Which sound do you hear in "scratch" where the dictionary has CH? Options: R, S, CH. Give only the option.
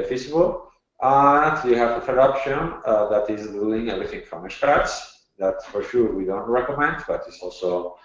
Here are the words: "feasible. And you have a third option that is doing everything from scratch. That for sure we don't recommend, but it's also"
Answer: S